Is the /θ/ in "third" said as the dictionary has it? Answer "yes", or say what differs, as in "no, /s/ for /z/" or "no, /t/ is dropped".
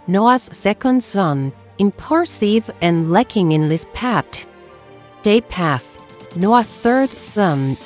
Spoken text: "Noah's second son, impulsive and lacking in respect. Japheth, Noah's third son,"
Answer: yes